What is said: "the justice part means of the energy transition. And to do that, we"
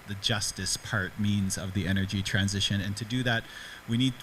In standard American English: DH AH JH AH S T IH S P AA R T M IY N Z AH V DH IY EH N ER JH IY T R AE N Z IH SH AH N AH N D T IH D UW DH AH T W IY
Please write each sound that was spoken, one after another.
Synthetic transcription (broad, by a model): DH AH JH AH S T IH S P AA R T M IY N Z AH V DH IY EH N ER JH IY T R AE N Z IH SH AH N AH N T IH D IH DH AH T W IY